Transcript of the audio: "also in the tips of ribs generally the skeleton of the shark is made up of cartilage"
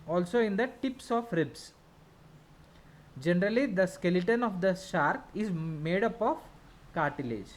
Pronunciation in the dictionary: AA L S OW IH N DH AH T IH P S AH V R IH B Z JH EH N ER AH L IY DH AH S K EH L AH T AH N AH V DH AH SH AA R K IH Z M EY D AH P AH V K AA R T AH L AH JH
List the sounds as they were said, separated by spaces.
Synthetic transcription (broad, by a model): AA L S OW IH N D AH T IH P S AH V R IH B S JH EH N ER AH L IY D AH S K EH L AH T AH N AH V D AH SH AA R K IH Z M EY D AH P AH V K AA R T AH L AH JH